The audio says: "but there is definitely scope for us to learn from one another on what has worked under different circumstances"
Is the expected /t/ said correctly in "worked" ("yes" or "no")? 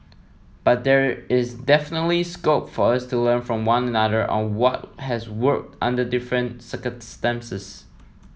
yes